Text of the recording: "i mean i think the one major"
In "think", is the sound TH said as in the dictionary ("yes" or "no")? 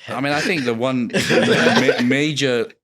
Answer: yes